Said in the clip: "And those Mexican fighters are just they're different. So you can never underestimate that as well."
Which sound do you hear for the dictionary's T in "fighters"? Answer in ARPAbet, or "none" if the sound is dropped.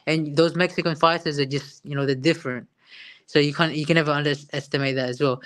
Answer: S